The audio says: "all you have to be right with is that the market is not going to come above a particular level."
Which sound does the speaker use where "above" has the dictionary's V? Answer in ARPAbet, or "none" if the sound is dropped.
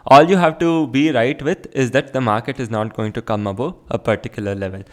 P